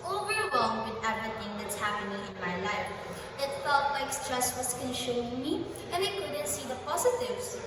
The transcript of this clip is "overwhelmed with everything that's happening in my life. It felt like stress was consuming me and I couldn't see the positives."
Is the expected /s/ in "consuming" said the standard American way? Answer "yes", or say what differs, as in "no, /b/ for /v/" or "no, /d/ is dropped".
no, /ʃ/ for /s/